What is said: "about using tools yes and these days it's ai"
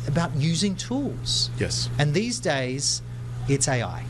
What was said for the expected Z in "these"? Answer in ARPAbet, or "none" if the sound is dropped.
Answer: Z